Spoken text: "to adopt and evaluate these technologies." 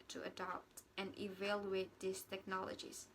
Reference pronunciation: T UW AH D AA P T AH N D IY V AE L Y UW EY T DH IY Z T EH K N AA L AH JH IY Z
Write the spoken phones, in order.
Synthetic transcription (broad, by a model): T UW AH D AA P T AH N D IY V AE L Y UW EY T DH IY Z T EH K N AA L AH JH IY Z